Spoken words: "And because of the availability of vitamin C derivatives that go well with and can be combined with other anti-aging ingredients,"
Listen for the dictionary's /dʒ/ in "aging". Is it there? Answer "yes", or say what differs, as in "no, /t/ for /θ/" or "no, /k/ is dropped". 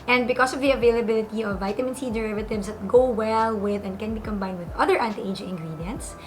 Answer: no, /dʒ/ is dropped